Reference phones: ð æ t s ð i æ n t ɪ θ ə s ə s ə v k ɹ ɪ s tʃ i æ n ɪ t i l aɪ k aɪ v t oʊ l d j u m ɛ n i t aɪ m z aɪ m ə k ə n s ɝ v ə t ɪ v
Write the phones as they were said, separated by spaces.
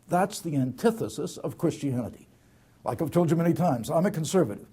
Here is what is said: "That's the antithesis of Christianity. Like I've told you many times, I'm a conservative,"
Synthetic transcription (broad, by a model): ð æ t s ð i æ n t ɪ θ ə s ə s ə v k ɹ ɪ s tʃ i æ n ɪ t i l aɪ k aɪ v t oʊ l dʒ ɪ m ɛ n i t aɪ m z aɪ m ə k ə n s ɝ v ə t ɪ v